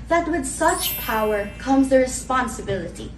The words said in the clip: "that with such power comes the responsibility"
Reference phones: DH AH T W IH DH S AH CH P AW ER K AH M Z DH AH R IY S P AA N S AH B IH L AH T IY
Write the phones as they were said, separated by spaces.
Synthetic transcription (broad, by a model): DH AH T W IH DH S AH CH P AW ER K AH M Z DH AH R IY S P AA N S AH B IH L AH T IY